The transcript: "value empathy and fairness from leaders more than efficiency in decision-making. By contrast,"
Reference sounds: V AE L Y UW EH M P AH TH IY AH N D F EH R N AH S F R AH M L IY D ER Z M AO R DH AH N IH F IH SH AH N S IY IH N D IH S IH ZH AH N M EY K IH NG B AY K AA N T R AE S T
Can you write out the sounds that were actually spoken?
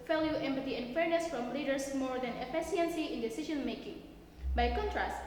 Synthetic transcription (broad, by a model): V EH L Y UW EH M P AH T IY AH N F EH R N AH S F R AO M L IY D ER S M AO R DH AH N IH P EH S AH N S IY IH N D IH S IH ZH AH N M EY K IH NG B AY K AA N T R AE S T